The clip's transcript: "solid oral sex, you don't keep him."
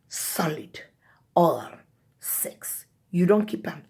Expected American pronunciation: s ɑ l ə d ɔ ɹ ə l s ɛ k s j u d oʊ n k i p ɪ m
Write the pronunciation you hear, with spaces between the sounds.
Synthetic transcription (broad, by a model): s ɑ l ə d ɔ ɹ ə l s ɛ k s j u d oʊ n k i p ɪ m